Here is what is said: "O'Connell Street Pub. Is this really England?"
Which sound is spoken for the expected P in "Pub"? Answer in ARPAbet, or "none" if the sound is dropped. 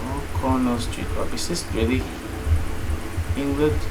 B